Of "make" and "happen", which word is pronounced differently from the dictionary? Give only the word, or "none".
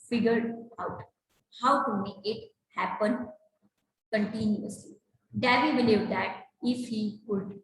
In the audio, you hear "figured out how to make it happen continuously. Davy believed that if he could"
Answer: make